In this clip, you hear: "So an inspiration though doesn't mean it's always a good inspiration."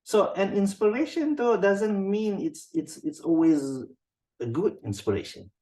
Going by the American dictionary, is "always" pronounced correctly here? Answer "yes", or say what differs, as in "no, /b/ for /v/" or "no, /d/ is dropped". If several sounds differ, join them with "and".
yes